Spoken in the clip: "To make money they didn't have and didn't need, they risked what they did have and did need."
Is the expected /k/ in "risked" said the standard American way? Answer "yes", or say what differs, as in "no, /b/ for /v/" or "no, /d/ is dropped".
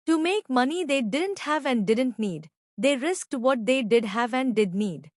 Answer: yes